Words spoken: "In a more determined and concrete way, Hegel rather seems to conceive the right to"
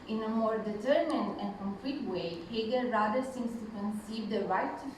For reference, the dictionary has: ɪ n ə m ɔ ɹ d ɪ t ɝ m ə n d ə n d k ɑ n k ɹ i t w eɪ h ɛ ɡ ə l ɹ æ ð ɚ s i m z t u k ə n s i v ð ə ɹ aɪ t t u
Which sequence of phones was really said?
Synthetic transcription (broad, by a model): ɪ n ə m ɔ ɹ d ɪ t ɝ m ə n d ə n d k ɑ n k l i t w eɪ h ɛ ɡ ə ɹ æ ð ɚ s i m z t u k ə n s i v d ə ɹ aɪ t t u